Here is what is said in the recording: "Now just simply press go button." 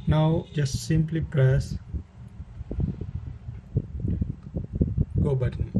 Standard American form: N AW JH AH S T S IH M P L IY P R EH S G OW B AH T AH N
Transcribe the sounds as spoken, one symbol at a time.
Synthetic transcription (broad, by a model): N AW JH AH S T S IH M P L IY P R EH S G OW B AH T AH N